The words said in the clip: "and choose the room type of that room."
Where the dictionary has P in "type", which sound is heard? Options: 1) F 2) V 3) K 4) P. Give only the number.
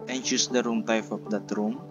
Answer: 1